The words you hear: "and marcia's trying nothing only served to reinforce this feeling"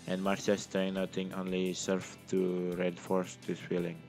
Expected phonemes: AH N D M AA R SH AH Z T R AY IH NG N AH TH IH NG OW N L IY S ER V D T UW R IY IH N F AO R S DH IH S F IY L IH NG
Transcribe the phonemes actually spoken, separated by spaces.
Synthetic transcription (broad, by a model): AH N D M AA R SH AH S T AY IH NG N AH T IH NG OW N L IY S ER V T UW R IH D F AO R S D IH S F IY L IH NG